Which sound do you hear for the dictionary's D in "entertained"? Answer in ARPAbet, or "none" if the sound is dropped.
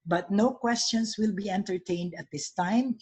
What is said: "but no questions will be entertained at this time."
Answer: D